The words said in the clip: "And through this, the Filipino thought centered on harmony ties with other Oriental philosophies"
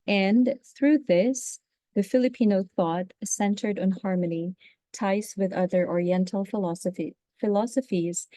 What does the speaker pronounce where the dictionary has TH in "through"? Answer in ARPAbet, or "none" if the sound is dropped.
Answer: TH